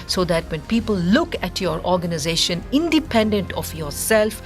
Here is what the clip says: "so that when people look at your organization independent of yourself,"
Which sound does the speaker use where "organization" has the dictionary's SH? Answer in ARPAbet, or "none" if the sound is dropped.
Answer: SH